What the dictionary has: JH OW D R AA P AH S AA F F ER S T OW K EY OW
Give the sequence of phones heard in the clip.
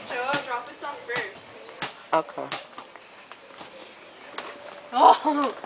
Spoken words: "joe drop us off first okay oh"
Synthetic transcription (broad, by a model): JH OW D R AA P AH S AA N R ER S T OW K EY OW